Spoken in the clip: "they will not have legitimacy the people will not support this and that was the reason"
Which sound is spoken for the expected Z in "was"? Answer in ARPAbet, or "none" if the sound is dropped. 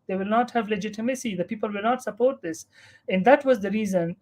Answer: Z